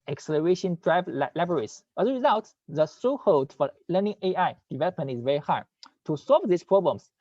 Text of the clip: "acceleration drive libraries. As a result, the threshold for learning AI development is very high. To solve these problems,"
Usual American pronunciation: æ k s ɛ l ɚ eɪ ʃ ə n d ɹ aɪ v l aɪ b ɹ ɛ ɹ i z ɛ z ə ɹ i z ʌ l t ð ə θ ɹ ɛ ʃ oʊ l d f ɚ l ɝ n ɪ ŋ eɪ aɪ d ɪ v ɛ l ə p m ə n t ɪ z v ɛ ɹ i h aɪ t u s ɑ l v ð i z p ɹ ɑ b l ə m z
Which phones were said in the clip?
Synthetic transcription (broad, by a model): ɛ k s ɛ l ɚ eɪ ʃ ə n d ɹ aɪ v l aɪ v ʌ ɹ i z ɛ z ə ɹ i z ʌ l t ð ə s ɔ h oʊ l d f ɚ l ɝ n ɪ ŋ eɪ aɪ d ɪ v ɛ l ə p m ə n t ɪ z v ɛ ɹ i h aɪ t u s ɑ l v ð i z p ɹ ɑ b l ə m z